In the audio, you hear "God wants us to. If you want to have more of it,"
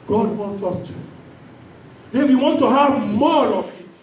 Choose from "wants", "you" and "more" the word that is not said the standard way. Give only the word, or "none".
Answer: wants